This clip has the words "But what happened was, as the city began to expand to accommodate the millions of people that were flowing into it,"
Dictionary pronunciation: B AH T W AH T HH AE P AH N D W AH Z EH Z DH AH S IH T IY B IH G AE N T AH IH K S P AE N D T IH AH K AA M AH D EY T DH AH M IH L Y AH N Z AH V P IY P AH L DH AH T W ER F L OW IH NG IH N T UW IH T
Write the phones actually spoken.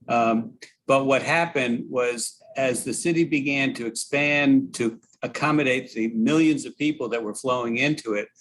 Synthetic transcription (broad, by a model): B AH T W AH T HH AE P AH N D W AH Z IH Z DH AH S IH T IY B IH G AE N T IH K S P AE N T IH AH K AA M AH D EY T DH AH M IH L Y AH N Z AH V P IY P L DH AH T W ER F L OW IH NG IH N T UW IH T